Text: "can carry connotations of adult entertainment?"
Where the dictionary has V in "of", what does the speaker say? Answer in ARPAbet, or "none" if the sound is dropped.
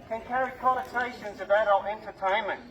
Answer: B